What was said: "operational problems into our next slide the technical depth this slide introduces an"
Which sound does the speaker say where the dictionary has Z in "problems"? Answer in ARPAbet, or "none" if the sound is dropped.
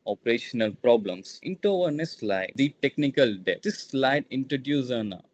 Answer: S